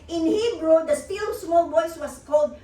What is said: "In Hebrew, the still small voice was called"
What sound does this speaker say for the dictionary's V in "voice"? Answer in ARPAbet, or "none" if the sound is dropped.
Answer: B